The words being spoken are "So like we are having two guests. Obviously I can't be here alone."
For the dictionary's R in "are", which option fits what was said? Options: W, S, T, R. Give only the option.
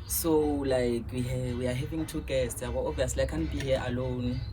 W